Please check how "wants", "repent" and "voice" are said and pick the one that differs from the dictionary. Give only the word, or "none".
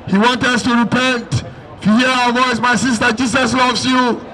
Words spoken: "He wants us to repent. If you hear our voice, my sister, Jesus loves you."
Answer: wants